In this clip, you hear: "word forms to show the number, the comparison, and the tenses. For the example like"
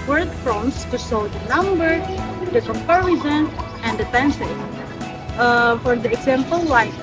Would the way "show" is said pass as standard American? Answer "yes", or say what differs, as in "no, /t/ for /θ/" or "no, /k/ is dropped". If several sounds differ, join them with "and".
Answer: no, /s/ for /ʃ/